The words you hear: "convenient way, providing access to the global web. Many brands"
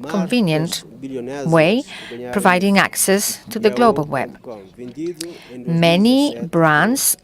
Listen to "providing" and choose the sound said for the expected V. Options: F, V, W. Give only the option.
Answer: V